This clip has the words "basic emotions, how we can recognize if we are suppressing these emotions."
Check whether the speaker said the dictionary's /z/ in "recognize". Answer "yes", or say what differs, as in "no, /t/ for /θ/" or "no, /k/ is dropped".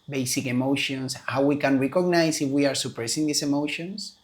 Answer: no, /s/ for /z/